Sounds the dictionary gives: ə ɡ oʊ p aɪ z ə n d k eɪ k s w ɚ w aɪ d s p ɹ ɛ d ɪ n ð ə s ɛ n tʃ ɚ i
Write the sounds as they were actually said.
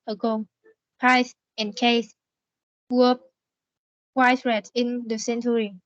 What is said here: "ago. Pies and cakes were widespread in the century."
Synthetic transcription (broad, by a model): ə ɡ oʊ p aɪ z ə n k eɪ s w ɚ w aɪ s ɹ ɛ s ɪ n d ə s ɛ n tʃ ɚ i